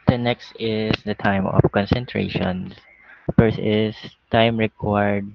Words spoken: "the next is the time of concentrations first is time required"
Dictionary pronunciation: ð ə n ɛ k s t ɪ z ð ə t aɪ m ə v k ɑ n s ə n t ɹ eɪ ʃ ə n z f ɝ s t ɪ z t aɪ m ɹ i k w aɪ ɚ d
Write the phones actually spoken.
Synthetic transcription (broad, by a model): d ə n ɛ k s t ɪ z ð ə t aɪ m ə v k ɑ n s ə n t ɹ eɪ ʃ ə n s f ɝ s ɪ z t aɪ m ɹ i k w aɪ d